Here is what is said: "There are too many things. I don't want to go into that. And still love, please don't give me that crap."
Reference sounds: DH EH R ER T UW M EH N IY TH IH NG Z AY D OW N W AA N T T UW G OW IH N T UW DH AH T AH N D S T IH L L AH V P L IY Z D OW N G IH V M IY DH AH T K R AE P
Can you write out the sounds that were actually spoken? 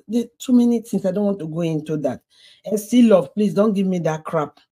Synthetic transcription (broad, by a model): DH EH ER T UW M EH N IY T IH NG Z AY D OW N W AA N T T UW G OW IH N T UW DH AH T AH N S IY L L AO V P L IY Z D OW N G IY V M IY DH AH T K R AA P